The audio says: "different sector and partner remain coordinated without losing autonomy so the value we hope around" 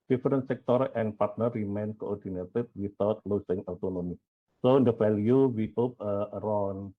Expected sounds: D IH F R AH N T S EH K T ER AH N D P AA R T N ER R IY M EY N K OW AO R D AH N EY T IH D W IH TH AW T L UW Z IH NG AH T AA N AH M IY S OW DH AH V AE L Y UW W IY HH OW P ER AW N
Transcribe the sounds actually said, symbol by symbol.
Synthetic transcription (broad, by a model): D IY F R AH N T S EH K T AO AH N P AA R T N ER R IY M EY N K OW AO R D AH N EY T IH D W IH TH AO T L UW S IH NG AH T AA N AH M IY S OW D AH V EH L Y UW W IY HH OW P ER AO N